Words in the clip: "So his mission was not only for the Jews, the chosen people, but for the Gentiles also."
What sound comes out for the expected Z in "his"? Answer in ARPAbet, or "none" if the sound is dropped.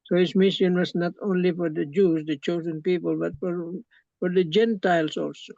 S